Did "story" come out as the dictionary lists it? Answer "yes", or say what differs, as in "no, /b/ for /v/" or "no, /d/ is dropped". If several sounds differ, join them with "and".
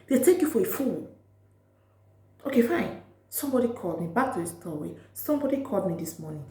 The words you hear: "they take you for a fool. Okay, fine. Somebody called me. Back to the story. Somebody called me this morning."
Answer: no, /w/ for /ɹ/